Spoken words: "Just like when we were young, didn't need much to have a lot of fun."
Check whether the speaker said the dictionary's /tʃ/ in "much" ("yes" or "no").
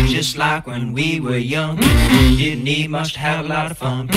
no